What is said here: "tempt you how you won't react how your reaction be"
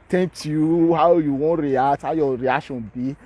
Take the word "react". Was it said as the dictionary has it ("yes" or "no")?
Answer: no